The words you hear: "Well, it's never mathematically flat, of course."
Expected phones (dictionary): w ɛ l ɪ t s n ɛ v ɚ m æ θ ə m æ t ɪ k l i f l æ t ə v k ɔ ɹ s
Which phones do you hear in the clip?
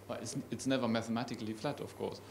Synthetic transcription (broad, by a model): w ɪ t ɪ t s n ɛ v ɚ m æ θ ə m æ t ɪ k l i f l æ t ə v k ɔ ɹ s